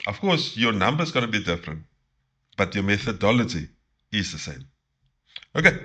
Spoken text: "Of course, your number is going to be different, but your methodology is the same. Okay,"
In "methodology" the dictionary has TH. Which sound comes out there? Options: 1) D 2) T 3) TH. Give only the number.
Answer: 3